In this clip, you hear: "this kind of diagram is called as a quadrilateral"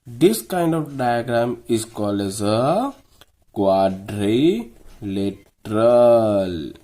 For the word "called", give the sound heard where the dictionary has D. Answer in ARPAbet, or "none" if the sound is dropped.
none